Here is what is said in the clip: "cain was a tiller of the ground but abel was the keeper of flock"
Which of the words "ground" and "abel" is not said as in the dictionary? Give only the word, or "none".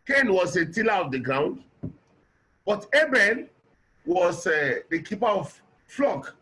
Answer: abel